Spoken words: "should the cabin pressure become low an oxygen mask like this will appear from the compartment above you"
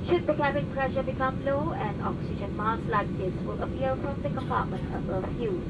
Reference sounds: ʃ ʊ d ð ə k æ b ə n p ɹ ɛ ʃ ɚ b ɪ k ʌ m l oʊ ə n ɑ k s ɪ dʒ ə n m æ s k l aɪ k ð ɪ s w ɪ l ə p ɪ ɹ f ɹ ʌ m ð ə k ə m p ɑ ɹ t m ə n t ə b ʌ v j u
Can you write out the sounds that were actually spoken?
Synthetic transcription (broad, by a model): ʃ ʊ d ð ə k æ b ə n p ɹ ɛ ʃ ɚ b ɪ k ʌ m l oʊ ə n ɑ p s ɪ ʃ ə n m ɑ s l aɪ k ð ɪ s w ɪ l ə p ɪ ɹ f ɹ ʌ m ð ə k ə m p ɑ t m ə n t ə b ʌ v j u